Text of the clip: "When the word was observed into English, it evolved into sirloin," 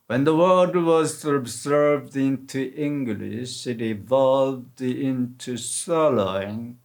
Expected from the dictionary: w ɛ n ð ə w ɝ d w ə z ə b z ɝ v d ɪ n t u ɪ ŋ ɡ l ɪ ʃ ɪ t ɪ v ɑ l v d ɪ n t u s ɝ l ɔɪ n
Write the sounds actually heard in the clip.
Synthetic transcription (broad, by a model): w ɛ n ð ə w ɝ d w ə z ə b z ɝ v d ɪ n t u ɪ ŋ ɡ l ɪ ʃ ɪ t ɪ v ɑ l v d ɪ n t u s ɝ l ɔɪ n